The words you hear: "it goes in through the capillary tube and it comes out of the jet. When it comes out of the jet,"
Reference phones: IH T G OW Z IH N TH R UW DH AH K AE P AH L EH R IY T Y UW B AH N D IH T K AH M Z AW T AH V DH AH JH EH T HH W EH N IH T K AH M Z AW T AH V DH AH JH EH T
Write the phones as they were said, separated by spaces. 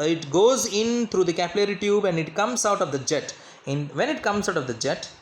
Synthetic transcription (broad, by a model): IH T G OW Z IH N T R UW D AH K AE P AH L EH R IY T Y UW B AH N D IH T K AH M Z AW T AH V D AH JH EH T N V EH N IH T K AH M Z AW T AH V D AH JH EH T